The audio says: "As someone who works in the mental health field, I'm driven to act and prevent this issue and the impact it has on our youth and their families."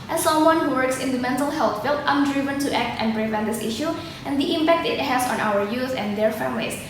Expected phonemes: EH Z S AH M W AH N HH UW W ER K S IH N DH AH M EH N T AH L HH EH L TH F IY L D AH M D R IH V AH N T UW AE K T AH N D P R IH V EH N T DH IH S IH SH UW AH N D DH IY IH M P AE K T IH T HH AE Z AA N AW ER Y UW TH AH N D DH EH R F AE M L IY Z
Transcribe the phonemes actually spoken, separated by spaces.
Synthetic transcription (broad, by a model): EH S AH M W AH N HH UW W ER K S IH N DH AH M EH N T AH L HH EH L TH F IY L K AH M D R IH V AH N T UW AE K T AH N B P R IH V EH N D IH S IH SH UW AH N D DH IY IH M P AE K T IH T HH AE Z AA N AW ER Y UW S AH N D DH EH R F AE M L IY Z